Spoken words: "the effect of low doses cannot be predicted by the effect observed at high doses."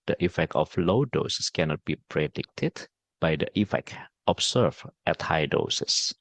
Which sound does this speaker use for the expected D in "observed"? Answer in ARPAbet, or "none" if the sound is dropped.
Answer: none